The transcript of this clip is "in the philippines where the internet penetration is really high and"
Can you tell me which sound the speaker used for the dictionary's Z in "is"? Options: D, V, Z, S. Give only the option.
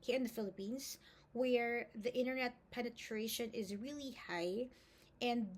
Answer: Z